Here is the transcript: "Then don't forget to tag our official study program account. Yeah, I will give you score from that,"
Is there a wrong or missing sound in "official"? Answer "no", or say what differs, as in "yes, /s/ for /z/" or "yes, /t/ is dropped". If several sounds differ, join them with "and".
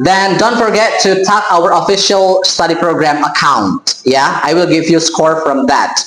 no